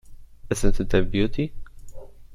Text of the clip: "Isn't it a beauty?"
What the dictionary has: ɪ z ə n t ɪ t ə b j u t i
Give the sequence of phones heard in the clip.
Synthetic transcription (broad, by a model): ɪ s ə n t ɪ t ə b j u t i